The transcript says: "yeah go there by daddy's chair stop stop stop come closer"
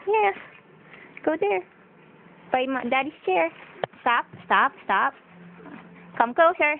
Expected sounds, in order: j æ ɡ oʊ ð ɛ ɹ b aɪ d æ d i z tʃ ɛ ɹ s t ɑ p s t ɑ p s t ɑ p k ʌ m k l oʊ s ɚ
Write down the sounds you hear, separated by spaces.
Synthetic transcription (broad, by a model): j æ ɡ oʊ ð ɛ ɹ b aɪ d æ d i s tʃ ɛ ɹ s t ɑ p s t ɑ p s t ɑ p k ʌ m k l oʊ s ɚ